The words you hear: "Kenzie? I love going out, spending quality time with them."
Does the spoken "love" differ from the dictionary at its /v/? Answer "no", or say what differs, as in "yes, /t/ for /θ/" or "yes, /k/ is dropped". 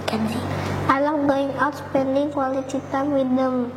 yes, /w/ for /v/